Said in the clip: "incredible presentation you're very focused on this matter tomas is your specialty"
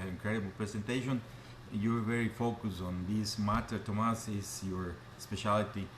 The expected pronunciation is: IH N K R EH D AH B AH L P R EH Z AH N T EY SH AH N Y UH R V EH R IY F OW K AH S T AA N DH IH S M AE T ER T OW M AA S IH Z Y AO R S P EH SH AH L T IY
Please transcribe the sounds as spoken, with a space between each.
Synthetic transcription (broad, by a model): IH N K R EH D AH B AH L P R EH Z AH N T EY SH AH N Y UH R V EH R IY F OW K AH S AA N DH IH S M AE T ER T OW M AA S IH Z Y AO R S P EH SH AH L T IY